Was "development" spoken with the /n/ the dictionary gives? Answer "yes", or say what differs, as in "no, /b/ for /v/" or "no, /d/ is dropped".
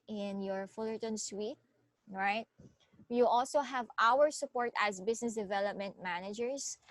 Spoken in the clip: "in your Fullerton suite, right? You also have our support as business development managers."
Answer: yes